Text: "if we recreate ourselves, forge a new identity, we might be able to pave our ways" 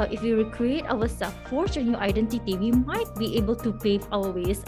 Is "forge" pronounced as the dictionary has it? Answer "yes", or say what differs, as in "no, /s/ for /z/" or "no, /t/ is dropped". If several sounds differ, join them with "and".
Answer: no, /tʃ/ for /dʒ/